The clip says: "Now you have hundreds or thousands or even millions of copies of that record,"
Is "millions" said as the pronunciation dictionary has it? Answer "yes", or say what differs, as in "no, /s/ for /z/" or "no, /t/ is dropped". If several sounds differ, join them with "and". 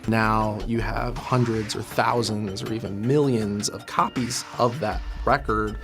yes